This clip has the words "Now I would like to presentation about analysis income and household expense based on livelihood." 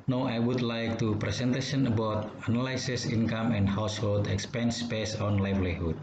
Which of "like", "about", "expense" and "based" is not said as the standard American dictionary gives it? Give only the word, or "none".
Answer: based